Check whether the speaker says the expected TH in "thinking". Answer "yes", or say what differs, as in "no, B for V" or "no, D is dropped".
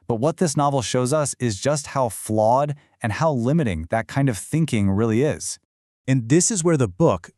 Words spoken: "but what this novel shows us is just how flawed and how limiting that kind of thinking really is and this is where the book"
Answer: yes